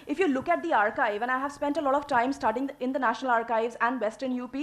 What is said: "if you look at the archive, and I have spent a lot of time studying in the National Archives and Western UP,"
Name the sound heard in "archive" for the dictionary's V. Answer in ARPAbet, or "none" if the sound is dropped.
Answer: V